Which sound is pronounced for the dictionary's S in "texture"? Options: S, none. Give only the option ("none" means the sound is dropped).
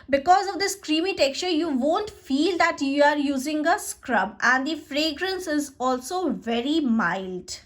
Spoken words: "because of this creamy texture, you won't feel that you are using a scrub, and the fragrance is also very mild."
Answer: S